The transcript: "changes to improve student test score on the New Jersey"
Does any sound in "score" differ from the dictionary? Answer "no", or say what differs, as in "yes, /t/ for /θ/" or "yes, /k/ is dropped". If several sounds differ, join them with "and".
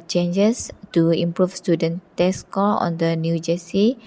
yes, /l/ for /ɹ/